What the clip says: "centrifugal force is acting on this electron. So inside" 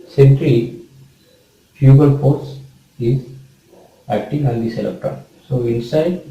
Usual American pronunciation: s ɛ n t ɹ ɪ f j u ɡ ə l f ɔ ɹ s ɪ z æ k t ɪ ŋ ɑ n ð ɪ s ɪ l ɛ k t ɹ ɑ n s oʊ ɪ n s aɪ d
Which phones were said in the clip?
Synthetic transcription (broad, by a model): s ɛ n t ɹ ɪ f j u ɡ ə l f ɔ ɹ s ɪ z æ k t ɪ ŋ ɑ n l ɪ s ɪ l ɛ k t ɑ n s oʊ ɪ n s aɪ d